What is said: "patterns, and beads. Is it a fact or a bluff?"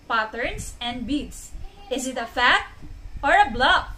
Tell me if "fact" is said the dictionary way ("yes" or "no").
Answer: no